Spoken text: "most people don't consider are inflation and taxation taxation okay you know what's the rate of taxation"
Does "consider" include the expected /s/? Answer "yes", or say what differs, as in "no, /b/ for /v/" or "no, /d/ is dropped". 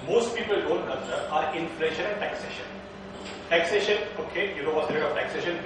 no, /s/ is dropped